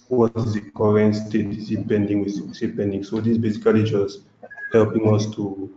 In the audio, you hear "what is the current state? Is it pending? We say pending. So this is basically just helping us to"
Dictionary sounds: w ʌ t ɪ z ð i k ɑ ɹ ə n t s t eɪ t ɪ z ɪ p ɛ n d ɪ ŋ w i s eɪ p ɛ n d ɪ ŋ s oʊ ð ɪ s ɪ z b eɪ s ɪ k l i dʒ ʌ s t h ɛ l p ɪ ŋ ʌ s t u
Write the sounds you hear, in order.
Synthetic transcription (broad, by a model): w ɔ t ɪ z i k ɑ ɹ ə n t s t eɪ t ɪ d ɪ p ɛ n d ɪ ŋ w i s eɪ p ɛ n d ɪ ŋ s oʊ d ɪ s b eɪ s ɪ k l i dʒ ʌ s t h ɛ l p ɪ ŋ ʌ s t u